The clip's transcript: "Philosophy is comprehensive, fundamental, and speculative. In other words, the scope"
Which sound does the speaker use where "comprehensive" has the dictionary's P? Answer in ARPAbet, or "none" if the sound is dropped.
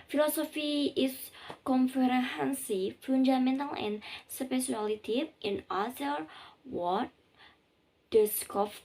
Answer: F